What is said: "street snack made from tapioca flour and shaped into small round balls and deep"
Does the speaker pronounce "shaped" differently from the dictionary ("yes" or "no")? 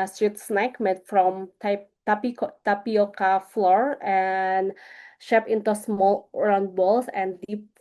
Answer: yes